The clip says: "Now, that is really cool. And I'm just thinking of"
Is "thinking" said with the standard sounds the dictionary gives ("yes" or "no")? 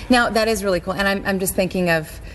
yes